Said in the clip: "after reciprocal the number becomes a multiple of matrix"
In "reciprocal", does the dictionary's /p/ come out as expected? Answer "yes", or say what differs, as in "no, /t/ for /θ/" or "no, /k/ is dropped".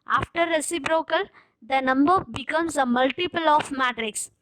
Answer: no, /b/ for /p/